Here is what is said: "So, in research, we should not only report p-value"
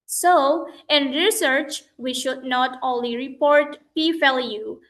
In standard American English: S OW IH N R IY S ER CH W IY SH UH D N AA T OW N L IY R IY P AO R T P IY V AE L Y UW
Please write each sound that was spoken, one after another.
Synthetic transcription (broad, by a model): S OW IH N R IY S ER CH W IY SH UH D N AA T OW N L IY R IY P AO R T P IY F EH L Y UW